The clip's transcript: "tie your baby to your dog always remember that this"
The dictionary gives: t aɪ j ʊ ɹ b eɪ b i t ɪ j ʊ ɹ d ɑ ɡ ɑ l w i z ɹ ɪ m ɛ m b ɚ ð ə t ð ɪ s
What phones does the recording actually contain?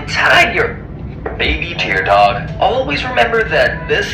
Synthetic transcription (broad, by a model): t aɪ j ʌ ɹ b eɪ b i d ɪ ɹ d ɑ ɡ ɑ l w i z ɹ ɪ m ɛ m b ɚ ð ə t ð ɪ s